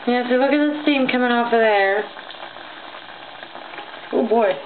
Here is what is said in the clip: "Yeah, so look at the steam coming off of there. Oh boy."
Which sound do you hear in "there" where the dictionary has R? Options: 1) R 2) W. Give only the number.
2